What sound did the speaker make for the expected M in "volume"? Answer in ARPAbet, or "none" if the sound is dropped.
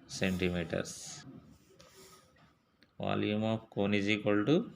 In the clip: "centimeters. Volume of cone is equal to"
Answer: M